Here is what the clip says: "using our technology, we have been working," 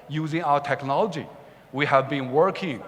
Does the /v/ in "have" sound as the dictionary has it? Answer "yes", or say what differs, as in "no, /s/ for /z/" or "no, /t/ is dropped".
yes